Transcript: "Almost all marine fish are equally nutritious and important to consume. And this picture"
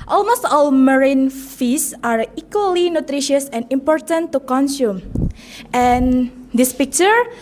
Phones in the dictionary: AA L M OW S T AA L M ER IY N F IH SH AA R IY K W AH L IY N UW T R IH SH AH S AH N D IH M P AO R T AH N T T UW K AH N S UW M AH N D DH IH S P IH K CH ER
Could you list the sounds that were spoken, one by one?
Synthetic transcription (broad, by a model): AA L M OW S T AA L M ER IY N F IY S AA R IY K W AH L IY N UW T R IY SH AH S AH N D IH M P AO R T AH N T T UW K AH N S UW M AH N D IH S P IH K CH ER